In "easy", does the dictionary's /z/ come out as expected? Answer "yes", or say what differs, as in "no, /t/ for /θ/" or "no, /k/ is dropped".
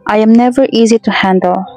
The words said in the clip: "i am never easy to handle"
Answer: yes